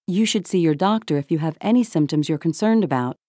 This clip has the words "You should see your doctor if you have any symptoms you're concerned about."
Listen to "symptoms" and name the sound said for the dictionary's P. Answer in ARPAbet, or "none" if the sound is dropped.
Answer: P